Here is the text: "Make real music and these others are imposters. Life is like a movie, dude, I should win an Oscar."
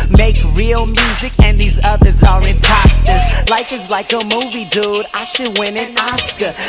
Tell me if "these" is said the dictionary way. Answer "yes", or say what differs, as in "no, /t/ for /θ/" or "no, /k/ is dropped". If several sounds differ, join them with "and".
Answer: yes